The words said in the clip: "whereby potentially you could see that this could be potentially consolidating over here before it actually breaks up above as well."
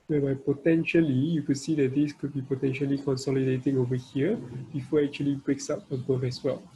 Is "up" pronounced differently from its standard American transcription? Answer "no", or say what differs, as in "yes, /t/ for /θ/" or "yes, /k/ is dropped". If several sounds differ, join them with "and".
yes, /f/ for /p/